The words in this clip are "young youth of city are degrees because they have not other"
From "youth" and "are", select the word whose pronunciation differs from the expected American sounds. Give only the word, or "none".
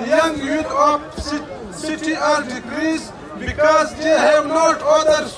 youth